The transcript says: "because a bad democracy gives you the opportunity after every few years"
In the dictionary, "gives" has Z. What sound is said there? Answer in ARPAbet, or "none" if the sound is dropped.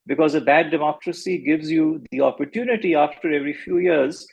Z